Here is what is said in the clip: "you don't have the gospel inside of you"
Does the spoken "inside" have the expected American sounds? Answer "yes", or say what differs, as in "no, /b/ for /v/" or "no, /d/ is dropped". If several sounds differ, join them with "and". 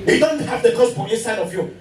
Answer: no, /n/ is dropped